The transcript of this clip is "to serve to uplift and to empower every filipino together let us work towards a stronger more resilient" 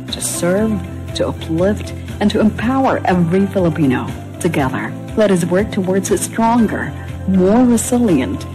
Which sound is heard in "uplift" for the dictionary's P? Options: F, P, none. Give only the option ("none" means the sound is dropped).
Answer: P